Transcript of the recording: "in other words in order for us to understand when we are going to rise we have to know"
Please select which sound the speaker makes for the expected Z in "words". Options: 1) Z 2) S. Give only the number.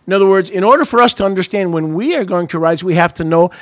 1